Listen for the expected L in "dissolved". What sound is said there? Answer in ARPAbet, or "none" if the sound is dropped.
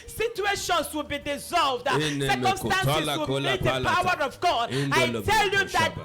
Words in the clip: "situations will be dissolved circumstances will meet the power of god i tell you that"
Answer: L